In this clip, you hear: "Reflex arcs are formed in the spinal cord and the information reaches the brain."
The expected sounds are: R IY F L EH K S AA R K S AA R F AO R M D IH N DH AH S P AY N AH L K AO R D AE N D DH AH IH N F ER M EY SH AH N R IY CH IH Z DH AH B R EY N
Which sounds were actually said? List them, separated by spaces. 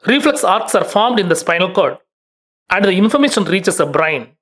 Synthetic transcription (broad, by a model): R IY F L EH K S AA R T S AA R F AO R M D IH N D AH S P AY N AH L K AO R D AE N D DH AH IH N F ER M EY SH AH N R IY CH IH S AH B R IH N